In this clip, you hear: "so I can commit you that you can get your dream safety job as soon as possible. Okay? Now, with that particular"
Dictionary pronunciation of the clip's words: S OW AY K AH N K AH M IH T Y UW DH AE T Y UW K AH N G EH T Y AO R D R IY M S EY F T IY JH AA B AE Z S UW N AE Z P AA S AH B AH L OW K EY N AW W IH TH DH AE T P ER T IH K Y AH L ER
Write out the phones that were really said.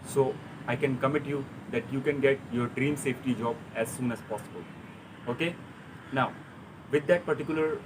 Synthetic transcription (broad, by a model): S OW AY K AH N K AH M IH T Y UW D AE T Y UW K AH N G EH T Y AO R D R IY M S EY F T IY JH AA B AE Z S UW N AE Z P AA S AH B AH L OW K EY N AW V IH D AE T P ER T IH K Y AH L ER